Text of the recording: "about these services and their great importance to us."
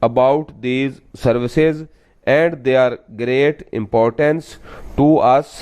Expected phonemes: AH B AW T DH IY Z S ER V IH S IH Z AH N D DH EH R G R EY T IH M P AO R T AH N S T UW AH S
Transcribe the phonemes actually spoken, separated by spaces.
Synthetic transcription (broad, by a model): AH B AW T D IY Z S ER V IH S IH Z AH N D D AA R G R EY T IH M P AO R T AH N S T UW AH S